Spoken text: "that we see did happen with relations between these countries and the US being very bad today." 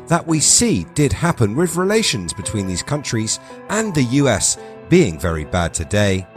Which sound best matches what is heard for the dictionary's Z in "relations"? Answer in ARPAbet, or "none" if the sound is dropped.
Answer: Z